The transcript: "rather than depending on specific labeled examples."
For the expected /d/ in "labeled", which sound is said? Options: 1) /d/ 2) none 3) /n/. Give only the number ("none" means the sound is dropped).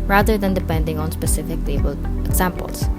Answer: 2